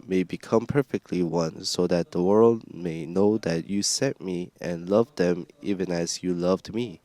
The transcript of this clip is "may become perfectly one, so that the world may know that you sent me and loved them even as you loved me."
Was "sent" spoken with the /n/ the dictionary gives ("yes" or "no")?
no